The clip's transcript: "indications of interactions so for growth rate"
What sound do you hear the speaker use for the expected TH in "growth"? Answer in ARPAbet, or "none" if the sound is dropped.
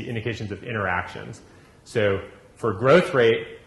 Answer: TH